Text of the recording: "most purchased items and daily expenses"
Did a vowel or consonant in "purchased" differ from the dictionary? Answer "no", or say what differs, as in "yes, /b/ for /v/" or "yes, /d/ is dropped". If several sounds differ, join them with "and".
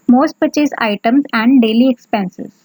yes, /t/ is dropped